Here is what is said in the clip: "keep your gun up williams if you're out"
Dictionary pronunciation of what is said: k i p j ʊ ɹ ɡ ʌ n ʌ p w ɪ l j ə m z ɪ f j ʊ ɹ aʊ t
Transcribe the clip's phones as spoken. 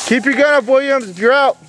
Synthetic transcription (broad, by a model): k i p j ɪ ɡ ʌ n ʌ w ɪ l j ə m z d ɹ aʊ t